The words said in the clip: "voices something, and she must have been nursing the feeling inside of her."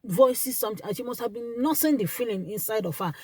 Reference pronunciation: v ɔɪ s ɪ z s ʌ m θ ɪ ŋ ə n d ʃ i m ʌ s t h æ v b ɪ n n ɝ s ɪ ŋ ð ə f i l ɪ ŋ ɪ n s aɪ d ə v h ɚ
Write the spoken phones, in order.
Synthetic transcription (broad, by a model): v ɔɪ s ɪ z s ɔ m t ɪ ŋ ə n ʃ i m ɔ s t h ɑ v b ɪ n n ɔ s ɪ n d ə f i l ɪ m ɪ n s aɪ d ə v h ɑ